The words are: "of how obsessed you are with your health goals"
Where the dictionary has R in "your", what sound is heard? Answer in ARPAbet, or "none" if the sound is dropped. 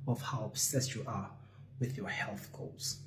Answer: R